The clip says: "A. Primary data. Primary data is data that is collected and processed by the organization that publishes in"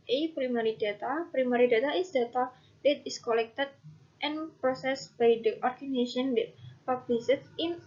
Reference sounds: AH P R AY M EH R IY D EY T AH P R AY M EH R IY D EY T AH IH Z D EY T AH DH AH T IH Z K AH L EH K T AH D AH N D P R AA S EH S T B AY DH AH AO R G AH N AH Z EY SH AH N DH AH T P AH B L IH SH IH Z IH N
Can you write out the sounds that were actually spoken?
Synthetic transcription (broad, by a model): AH P R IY M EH R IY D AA T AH P R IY M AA R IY D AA T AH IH S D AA T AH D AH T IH S K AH L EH K T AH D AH N P R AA S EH S B AY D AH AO R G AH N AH S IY AH N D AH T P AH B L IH S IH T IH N